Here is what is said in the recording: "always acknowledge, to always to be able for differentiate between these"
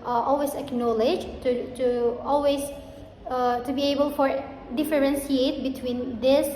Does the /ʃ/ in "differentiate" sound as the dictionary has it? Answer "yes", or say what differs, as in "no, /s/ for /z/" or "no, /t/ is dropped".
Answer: no, /s/ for /ʃ/